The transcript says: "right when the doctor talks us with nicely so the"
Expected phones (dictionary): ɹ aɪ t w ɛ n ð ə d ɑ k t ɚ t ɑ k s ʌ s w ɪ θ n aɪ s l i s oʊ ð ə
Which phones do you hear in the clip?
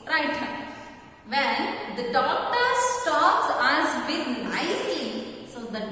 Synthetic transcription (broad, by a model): ɹ aɪ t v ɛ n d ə d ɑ k t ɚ t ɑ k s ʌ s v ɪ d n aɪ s i s oʊ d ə